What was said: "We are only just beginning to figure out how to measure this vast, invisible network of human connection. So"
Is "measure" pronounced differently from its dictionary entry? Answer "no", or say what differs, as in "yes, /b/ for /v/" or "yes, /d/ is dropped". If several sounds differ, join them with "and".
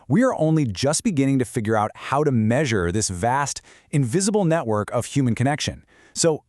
no